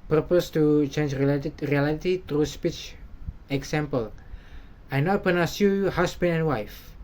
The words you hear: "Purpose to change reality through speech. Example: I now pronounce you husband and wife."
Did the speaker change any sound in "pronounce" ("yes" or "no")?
yes